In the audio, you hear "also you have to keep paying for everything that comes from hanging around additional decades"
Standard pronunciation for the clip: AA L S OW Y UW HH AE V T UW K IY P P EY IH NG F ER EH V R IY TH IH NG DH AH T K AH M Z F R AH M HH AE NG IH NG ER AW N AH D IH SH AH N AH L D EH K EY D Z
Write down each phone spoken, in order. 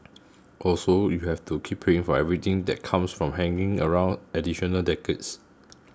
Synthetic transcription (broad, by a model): AA L S OW Y UW HH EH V T UW K IY P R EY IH NG F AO EH V R IY T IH NG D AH T K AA M S F R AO M HH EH NG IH NG ER AW N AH D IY SH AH N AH L D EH K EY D S